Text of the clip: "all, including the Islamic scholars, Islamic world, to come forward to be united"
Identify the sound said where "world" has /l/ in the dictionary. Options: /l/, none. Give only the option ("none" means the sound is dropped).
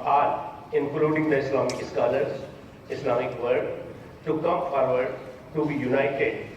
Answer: none